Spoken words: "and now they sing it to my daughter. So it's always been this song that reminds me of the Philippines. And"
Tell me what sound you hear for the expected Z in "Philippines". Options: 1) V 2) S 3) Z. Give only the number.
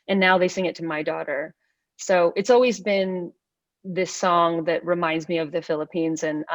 3